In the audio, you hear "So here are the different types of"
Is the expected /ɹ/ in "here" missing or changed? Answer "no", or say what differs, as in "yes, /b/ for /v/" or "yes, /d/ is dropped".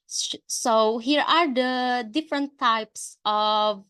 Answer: no